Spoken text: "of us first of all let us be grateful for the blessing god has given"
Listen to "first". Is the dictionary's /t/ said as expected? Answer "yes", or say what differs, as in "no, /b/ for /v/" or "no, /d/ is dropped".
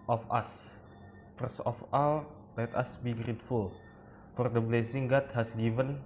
no, /t/ is dropped